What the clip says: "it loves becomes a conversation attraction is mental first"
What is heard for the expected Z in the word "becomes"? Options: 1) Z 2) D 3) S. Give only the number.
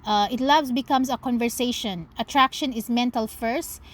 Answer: 3